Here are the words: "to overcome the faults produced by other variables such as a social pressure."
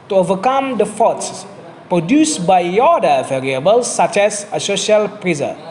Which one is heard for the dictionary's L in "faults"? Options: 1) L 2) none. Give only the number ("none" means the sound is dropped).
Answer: 2